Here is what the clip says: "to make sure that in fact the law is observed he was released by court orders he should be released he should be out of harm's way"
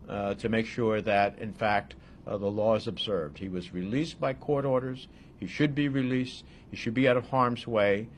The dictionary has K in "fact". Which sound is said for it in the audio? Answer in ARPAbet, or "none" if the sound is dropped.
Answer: K